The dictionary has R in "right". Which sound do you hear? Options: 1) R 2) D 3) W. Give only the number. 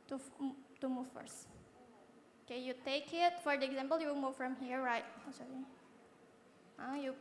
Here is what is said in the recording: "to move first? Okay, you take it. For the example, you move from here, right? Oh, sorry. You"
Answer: 1